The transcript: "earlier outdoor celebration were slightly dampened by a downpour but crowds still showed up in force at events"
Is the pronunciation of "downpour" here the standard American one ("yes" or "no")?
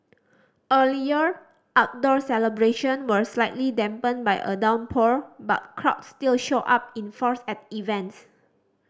yes